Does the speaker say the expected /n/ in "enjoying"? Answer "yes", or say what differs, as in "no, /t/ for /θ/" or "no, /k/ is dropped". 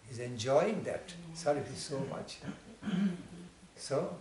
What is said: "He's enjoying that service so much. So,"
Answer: yes